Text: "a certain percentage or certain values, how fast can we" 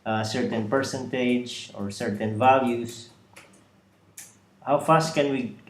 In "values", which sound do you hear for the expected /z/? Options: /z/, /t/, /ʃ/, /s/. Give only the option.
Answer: /s/